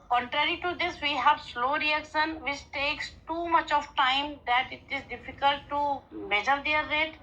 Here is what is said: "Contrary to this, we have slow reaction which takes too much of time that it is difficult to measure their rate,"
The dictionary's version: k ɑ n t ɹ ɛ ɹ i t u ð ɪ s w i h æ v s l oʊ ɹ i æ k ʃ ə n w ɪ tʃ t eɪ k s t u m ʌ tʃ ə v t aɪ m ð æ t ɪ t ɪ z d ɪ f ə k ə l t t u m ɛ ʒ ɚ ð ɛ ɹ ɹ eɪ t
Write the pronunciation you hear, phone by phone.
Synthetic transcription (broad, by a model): k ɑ n t ɹ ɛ ɹ i t u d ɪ s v i h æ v s l oʊ ɹ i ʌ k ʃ ə n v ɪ tʃ t eɪ k s t u m ʌ tʃ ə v t aɪ m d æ t ɪ t ɪ z d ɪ f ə k ə l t t u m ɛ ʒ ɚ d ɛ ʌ ɹ eɪ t